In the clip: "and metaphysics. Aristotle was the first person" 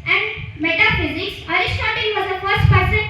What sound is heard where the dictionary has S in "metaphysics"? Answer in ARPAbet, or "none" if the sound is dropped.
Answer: S